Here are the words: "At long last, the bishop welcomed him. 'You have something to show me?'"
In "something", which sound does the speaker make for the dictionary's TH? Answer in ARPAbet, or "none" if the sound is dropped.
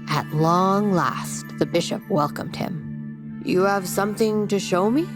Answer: TH